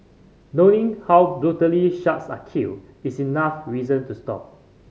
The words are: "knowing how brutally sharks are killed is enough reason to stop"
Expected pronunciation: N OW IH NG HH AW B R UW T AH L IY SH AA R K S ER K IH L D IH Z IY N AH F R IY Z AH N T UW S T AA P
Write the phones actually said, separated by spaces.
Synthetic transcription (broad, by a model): N OW IH NG HH AW B R UW T AH L IY SH AA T S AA K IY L IH S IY N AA F R IY Z AH N T UW S T AA P